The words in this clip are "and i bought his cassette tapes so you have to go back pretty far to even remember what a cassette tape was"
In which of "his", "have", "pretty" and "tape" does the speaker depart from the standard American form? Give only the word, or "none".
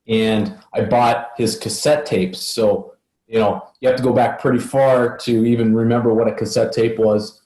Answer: have